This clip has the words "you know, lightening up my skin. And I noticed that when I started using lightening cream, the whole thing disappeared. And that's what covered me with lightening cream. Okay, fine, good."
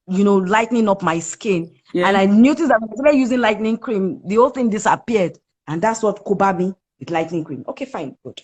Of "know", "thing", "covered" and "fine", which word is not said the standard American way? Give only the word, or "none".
covered